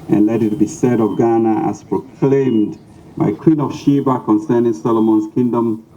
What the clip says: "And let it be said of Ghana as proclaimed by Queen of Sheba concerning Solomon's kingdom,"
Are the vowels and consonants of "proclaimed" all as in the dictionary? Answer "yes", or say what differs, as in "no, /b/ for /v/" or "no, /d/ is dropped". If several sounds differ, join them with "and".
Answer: yes